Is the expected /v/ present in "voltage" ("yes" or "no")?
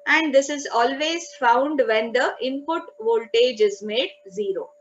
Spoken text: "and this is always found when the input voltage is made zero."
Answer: yes